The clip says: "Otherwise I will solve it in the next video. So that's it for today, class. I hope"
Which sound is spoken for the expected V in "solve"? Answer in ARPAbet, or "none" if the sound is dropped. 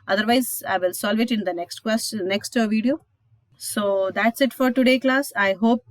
V